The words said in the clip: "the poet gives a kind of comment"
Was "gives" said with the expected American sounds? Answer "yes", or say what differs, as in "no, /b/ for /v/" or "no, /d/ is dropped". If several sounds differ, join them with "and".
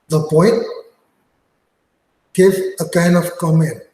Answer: no, /z/ is dropped